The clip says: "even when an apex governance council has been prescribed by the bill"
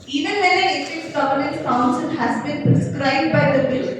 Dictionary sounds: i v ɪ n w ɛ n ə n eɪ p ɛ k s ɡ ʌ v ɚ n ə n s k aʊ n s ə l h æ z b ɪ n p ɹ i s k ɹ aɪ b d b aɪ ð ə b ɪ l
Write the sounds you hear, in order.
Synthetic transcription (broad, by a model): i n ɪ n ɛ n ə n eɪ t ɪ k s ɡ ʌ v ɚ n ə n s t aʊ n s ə n h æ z b ɪ n p ɹ i s k ɹ aɪ b d b aɪ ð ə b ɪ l